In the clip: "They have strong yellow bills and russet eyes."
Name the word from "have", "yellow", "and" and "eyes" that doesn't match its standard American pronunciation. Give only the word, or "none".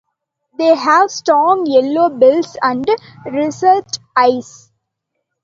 eyes